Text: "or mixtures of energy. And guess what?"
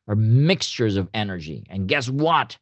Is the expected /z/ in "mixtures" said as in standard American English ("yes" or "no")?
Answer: yes